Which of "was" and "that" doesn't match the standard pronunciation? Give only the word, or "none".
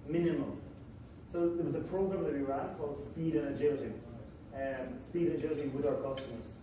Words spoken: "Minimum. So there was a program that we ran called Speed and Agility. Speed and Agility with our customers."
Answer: none